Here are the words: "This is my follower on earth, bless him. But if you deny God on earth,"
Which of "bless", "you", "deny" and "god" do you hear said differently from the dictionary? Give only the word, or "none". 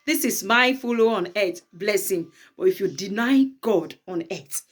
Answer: none